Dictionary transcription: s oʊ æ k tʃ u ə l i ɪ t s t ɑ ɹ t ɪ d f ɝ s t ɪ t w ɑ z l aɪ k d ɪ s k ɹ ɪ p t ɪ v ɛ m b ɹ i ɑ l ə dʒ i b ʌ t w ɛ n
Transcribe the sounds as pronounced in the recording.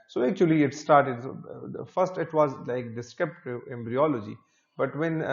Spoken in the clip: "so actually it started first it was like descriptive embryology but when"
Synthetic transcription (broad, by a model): s oʊ æ k tʃ u ə l i ɪ t s t ɑ ɹ t ɪ d f ɝ s t ɪ t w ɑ z l aɪ k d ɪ s k ɛ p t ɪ ɛ m b ɹ i ɑ l ə dʒ i b ʌ t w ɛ n